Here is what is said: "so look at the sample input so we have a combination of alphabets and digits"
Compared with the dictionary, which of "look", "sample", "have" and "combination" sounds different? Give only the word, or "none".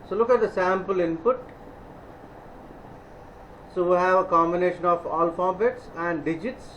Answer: none